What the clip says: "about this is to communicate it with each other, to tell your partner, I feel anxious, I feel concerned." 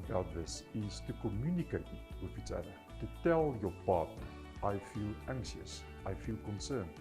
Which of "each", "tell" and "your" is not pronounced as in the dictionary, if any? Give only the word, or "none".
each